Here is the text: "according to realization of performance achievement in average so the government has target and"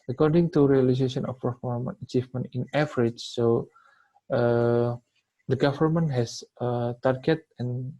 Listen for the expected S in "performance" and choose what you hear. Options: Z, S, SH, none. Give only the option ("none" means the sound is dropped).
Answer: none